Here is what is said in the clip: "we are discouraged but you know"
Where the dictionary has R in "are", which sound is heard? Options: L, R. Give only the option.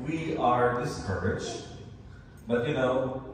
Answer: R